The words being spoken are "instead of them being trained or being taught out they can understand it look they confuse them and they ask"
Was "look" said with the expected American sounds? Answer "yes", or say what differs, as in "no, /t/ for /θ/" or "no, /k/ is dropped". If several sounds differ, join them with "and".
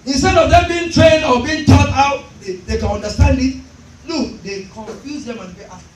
no, /n/ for /l/